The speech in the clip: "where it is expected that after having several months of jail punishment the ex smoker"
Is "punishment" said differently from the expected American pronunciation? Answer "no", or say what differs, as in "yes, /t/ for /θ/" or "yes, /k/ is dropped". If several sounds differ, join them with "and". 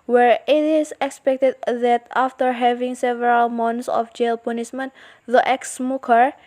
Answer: yes, /s/ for /ʃ/